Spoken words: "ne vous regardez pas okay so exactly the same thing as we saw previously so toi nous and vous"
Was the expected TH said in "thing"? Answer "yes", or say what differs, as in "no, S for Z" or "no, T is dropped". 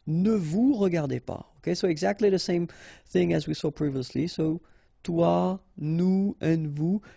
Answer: yes